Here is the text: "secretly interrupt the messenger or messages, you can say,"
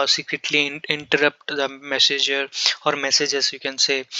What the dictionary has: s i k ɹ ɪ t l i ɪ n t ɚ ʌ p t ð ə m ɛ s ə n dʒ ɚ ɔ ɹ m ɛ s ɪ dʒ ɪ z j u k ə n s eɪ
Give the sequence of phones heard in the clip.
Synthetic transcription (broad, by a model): s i k ɹ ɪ t l i ɪ n t ɚ ʌ p t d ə m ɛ s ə dʒ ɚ ɔ ɹ m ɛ s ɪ dʒ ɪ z j u k ə n s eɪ